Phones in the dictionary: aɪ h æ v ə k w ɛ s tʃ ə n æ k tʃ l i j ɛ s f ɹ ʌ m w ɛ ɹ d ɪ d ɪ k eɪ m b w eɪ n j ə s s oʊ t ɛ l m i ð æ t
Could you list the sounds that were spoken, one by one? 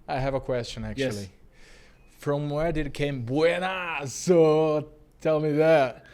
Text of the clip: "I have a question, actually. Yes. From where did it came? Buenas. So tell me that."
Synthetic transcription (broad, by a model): aɪ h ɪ v ə k w ɛ s tʃ ə n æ k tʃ i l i f ɹ ʌ m w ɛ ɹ d ɪ d ɪ k eɪ m b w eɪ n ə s s oʊ t ɛ l m i ð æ t